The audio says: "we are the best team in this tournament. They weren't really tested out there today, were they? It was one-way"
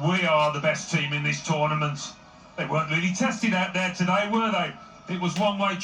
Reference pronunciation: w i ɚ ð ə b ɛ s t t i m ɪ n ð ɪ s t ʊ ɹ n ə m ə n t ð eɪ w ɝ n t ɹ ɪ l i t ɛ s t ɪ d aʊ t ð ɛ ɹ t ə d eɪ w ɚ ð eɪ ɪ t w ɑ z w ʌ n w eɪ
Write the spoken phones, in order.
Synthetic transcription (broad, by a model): w i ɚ ð ə b ɛ s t t i m ɪ n ð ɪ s t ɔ ɹ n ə m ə n t ð eɪ w ɝ n t ɹ ɪ l i t ɛ s t ɪ d aʊ t ð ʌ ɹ t ə d eɪ w ɚ ð eɪ ɪ t w ɑ z w ʌ n w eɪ